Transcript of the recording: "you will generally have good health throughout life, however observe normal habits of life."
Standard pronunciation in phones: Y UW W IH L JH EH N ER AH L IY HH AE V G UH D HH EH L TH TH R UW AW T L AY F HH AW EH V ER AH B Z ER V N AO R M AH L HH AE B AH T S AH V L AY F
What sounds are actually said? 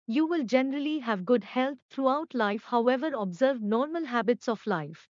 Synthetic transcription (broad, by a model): Y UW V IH L JH EH N ER AH L IY HH AE V G UH D HH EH L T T R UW AW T L AY F HH AW EH V ER AH B Z ER V N AO R M AH L HH AE B AH T S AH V L AY F